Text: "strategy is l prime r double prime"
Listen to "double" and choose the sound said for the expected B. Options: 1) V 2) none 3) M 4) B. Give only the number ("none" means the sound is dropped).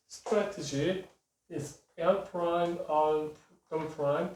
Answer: 2